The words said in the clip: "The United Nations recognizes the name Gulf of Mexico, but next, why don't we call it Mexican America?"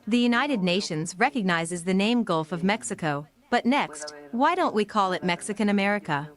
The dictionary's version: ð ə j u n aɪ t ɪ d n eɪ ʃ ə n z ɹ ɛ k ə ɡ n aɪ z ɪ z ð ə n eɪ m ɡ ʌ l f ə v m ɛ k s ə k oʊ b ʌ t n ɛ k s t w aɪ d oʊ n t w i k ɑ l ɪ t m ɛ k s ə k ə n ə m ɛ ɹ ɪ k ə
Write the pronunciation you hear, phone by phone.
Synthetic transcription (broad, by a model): ð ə j u n aɪ t ɪ d n eɪ ʃ ə n z ɹ ɛ k ə ɡ n aɪ z ɪ z ð ə n eɪ m ɡ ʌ l f ə v m ɛ k s ə k oʊ b ʌ t n ɛ k s t w aɪ d oʊ n t w i k ɑ l ɪ t m ɛ k s ə k ə n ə m ɛ ɹ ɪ k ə